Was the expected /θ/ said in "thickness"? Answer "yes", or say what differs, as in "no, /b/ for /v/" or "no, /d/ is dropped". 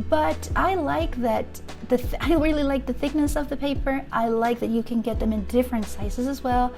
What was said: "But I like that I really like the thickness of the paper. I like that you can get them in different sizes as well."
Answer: yes